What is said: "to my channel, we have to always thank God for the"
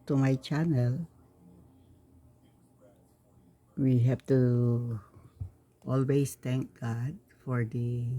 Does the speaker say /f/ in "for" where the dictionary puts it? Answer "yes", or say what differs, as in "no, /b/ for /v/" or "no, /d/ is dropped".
yes